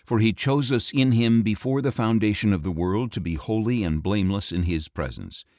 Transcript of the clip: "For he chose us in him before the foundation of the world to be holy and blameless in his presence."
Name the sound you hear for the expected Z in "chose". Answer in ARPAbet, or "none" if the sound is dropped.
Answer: Z